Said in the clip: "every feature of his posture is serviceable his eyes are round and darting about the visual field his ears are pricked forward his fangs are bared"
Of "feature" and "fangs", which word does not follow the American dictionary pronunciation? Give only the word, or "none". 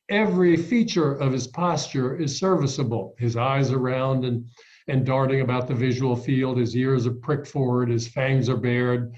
none